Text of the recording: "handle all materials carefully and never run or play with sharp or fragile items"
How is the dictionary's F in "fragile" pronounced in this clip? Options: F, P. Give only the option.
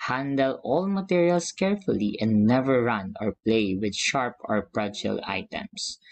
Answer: P